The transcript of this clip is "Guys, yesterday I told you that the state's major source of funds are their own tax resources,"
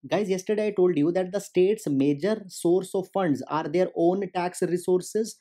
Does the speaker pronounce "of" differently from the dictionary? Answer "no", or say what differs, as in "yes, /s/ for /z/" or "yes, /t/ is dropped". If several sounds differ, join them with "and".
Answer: no